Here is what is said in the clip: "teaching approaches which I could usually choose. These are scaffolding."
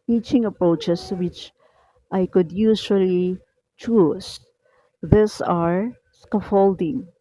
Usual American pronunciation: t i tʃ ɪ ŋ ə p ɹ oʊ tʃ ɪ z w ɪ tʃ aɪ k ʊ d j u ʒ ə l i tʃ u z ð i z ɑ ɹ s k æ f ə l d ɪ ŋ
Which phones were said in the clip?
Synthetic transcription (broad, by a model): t i tʃ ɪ ŋ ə p ɹ oʊ tʃ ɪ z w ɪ tʃ aɪ k ʊ d j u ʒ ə l i tʃ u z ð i s ɑ ɹ s k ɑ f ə l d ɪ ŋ